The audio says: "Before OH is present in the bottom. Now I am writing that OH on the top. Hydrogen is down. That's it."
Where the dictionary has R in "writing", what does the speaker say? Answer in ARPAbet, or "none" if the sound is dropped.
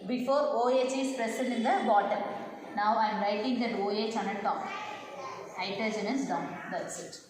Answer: R